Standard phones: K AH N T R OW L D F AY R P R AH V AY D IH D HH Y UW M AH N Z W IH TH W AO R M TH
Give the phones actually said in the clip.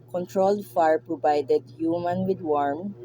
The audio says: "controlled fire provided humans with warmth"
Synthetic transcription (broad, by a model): K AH N T R OW L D F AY R P R AH V AY D IH D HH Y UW M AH N W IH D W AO R M